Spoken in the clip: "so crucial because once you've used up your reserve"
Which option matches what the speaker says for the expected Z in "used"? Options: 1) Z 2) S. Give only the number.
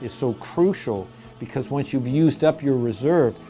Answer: 1